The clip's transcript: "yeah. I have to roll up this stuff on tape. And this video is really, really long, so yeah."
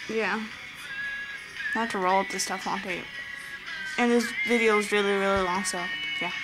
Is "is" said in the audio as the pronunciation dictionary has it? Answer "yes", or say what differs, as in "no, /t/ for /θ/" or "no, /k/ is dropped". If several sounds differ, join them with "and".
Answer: yes